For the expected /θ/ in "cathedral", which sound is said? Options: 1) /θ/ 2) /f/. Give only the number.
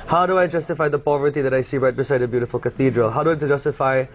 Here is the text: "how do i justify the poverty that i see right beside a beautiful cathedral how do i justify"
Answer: 1